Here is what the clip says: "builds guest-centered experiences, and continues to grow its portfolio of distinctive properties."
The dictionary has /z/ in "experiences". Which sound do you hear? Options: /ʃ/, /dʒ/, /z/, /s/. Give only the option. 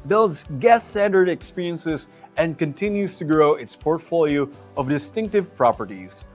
/z/